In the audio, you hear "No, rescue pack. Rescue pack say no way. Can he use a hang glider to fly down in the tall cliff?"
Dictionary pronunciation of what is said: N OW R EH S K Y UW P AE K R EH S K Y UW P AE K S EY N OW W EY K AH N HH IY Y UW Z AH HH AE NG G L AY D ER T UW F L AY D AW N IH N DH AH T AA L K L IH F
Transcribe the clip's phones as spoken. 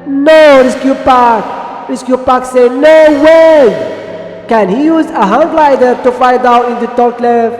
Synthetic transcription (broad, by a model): N OW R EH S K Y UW P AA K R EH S K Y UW P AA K S EY N OW W EY K AH N HH IY Y UW Z AH HH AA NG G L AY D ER T UW F AY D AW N IH N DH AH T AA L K L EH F